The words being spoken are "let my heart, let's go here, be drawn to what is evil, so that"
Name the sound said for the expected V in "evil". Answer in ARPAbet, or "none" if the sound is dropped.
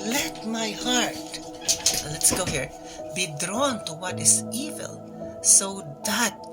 V